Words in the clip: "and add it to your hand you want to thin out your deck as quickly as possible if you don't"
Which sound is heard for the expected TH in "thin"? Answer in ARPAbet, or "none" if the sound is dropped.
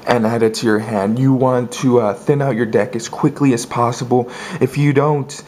TH